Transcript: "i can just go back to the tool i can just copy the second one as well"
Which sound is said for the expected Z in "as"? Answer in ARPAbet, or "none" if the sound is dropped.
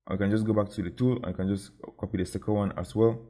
S